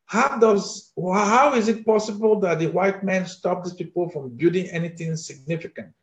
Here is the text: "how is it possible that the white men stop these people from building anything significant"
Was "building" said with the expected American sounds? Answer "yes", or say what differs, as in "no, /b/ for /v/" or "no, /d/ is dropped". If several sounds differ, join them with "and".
no, /l/ is dropped